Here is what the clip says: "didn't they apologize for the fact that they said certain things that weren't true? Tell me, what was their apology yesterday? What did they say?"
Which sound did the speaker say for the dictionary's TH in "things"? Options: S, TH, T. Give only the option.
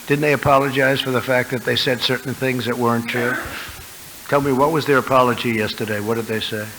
TH